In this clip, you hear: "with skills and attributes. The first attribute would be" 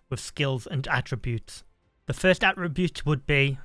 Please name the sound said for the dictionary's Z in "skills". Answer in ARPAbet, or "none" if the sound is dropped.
Z